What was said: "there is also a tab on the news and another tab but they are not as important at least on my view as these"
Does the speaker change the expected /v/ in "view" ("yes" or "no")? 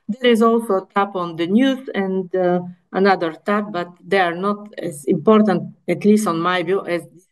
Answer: yes